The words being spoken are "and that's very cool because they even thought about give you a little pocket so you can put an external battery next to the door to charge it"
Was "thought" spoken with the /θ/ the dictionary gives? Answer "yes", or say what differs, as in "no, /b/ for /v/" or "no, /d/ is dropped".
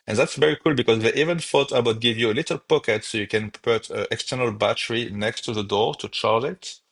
no, /f/ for /θ/